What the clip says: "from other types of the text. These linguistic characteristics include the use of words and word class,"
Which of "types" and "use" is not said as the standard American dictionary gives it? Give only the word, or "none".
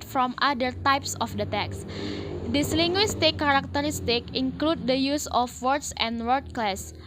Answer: none